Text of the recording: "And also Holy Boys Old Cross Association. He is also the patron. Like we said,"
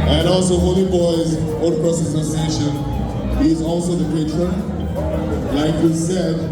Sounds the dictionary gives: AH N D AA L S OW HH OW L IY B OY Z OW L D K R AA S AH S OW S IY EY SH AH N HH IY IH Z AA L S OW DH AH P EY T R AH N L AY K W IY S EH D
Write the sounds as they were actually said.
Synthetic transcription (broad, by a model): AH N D AA L S OW HH OW L IY B OY Z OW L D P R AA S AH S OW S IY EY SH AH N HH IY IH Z AA L S OW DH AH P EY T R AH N L AY K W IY S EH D